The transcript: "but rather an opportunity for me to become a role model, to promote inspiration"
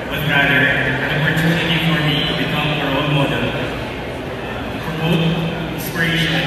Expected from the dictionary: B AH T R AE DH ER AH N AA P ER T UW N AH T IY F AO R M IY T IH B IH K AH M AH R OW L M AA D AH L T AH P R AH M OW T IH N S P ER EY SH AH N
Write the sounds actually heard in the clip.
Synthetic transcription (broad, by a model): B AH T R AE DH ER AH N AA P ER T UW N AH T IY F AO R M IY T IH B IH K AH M AH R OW N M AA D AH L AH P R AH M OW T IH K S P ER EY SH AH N